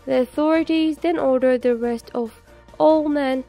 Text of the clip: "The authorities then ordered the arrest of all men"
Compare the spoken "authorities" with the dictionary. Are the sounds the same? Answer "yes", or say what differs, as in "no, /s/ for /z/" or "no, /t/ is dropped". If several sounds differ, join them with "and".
yes